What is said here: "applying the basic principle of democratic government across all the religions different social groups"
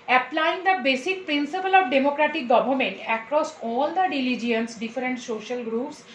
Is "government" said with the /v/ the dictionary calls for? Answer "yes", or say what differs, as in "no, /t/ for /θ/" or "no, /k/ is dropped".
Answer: no, /b/ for /v/